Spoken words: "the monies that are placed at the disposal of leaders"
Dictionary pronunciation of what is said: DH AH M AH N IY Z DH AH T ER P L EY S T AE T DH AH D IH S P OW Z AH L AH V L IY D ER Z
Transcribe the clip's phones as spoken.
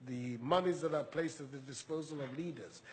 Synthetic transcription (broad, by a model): DH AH M AH N IY Z DH AH T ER P L EY S T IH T DH AH D IH S P OW Z AH L AH V L IY D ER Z